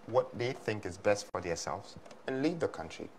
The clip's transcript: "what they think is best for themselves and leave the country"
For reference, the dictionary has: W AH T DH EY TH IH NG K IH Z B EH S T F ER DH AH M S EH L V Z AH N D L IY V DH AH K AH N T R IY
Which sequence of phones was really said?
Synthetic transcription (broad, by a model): W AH T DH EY TH IH NG K IH Z B EH S T F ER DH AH S EH L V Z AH N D L IY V DH AH K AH N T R IY